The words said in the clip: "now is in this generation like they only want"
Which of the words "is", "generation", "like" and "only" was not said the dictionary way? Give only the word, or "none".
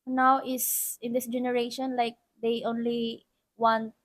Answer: is